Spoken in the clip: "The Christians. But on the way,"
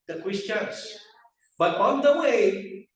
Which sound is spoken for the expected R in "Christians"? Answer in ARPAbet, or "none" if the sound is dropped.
W